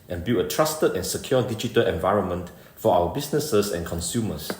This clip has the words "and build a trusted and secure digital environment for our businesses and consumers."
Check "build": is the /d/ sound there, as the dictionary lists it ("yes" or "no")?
no